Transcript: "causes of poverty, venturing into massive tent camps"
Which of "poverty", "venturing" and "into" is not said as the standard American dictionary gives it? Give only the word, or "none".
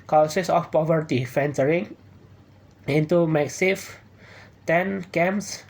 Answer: venturing